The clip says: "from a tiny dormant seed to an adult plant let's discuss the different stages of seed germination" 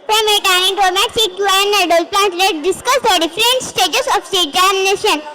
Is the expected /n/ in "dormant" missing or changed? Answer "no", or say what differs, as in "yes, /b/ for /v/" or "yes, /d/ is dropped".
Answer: yes, /n/ is dropped